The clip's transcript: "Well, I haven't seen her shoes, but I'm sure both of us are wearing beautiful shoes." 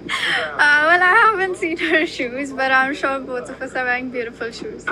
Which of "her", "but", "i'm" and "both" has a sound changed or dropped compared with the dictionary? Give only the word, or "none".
both